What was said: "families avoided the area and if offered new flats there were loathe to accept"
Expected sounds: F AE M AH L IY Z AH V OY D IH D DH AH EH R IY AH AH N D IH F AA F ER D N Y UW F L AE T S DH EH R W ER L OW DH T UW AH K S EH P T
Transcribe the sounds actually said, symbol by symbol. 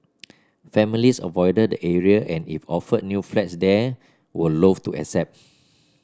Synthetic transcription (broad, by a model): F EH M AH L IY S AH V OY D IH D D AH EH R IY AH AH N IH F AA F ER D N Y UW F L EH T S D EH W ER L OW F T UW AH S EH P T